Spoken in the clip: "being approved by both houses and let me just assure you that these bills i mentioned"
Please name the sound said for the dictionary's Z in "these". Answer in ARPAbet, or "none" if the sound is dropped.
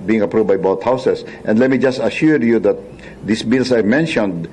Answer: S